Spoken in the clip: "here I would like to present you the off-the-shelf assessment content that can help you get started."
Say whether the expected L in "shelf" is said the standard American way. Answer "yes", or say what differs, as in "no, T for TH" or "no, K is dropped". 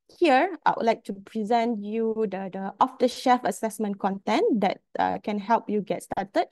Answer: no, L is dropped